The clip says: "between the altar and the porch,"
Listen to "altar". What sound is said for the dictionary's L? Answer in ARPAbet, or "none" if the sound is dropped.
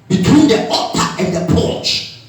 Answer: none